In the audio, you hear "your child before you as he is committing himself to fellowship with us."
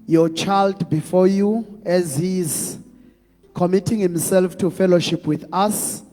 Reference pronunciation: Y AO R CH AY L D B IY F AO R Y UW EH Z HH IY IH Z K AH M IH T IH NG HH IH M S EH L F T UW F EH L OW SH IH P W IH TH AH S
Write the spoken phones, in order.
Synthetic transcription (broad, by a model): Y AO CH AY L D B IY F AO Y UW EH Z HH IY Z K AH M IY T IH NG HH IH M S EH L F T UW F EH L OW SH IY P W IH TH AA S